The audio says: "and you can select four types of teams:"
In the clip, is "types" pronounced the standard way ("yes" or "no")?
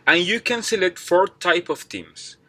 no